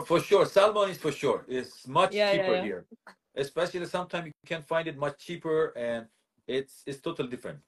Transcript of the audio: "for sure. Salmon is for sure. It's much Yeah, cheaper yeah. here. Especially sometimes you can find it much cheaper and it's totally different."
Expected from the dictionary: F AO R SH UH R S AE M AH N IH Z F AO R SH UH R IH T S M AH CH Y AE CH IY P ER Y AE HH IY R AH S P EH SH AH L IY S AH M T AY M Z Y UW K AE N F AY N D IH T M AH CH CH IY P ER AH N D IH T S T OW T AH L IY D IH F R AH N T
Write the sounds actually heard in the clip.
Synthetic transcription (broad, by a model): F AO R SH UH R S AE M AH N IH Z F AO R SH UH R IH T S M AH CH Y CH IY P ER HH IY R AH S P EH SH AH L IY S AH M T AY M Y UW K AE N F AY N D IH T M AH CH CH IY P ER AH N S IH T S T OW T AH L IY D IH F R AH N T